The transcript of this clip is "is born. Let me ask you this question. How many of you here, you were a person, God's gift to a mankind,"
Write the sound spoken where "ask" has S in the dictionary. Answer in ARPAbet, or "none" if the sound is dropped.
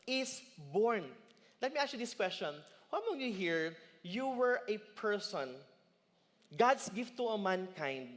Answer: none